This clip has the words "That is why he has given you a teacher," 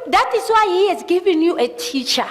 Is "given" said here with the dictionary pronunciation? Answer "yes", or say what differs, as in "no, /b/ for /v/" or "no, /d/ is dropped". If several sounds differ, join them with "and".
yes